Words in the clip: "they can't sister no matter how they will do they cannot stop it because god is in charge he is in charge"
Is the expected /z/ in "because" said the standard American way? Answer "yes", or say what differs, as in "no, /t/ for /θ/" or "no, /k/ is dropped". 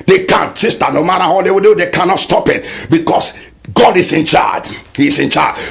no, /s/ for /z/